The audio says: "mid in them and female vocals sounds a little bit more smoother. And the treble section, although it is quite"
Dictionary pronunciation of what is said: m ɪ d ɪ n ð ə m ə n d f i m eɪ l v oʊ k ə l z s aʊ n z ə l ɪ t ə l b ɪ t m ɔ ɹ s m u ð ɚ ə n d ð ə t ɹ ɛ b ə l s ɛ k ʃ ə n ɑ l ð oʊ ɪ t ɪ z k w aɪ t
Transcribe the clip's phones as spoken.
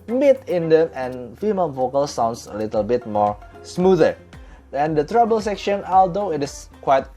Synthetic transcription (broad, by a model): m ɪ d ɪ n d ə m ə n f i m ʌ n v oʊ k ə l s aʊ n s ə l ɪ t ə l b ɪ t m ɔ ɹ s m u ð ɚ ə n d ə t ɹ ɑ b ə l s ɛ k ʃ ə n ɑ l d oʊ ɪ t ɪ s k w aɪ t